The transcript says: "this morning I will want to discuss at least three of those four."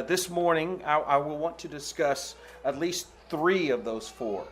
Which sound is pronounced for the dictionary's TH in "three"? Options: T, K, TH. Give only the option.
TH